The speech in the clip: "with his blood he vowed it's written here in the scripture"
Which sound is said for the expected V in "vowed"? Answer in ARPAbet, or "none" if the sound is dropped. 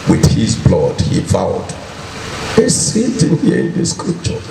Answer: F